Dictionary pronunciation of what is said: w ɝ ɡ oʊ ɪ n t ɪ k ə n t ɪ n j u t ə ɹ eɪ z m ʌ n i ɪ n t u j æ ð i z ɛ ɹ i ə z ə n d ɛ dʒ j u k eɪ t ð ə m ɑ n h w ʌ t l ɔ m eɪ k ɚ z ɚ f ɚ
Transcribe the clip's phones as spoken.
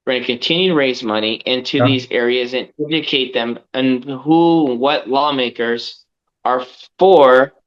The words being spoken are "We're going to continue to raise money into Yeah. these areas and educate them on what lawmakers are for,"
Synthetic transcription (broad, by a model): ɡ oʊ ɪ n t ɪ k ə n t ɪ n j u t ə ɹ eɪ z m ʌ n i ɪ n t u ð i z ɛ ɹ i ə z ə n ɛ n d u k eɪ t ð ə m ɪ n h w ʌ t l ɔ m eɪ k ɚ z ɚ f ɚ